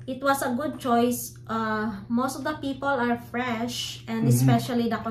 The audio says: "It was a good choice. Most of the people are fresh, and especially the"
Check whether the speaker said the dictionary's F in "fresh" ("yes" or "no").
yes